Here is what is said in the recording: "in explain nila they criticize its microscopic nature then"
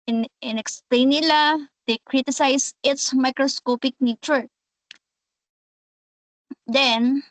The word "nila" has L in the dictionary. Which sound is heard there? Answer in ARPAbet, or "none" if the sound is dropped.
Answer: L